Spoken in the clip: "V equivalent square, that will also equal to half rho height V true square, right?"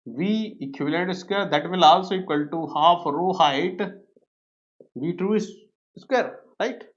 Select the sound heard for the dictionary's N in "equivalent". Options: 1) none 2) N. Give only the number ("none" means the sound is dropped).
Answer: 1